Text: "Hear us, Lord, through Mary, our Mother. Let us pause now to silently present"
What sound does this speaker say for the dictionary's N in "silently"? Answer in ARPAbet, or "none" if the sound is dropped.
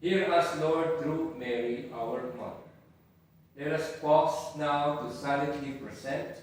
none